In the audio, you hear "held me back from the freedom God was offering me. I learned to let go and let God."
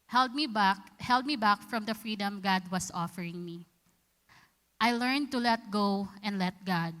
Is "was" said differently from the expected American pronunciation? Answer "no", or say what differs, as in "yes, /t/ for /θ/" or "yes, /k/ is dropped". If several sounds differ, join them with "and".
yes, /s/ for /z/